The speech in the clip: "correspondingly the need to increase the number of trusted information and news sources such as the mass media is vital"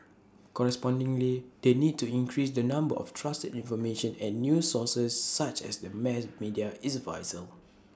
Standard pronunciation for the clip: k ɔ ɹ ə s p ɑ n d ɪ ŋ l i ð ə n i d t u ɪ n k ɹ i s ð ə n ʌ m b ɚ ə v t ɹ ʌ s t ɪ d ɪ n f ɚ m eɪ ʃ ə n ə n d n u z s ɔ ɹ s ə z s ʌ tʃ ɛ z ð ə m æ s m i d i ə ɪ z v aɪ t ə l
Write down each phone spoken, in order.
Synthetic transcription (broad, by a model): k ɔ ɹ ə s p ɑ n d ɪ ŋ l i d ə n i d t u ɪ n k ɹ i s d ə n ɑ m b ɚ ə f t ɹ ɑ s t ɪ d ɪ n f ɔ m eɪ ʃ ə n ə n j u s ɔ s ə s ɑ tʃ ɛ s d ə m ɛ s m i d i ə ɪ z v aɪ s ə l